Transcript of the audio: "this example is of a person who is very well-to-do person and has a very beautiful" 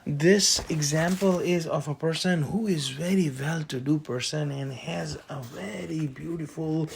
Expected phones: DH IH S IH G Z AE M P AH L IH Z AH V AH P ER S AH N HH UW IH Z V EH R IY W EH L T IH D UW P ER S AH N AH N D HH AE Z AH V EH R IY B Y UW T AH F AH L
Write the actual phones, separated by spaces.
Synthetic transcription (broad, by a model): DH IH S IH G Z AE M P AH L IH Z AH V AH P ER S AH N HH UW IH Z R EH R IY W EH L T IH D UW P ER S AH N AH N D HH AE Z AH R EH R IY B Y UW T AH F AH L